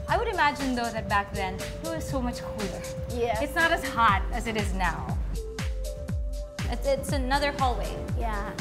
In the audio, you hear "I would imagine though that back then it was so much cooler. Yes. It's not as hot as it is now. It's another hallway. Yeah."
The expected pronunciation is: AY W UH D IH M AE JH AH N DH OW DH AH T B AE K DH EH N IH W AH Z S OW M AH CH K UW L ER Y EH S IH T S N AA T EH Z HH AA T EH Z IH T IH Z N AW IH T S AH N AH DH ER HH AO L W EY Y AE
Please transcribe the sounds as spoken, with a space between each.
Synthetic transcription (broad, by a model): AY W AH D IH M AE JH AH N DH OW DH AH T B AE K DH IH N IH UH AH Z S OW M AH CH K UW L ER Y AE IH T S N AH T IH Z HH AA T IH Z IH T IH Z N AW IH T S AH N AH DH ER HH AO L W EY Y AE